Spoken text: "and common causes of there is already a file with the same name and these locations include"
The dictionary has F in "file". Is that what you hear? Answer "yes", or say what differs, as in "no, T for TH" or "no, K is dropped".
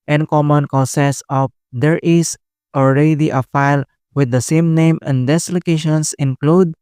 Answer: yes